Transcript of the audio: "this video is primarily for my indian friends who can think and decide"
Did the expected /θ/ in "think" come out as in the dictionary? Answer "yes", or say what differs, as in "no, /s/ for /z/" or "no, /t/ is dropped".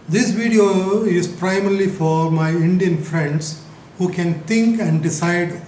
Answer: no, /t/ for /θ/